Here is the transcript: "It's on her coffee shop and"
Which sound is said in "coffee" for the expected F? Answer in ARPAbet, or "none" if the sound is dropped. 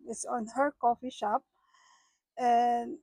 F